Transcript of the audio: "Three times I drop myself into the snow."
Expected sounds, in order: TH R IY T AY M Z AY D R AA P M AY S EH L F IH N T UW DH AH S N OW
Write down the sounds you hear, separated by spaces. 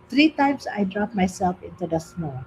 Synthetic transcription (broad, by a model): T R IY T AY M S AY D R AA P M AY S EH L F IH N T UW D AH S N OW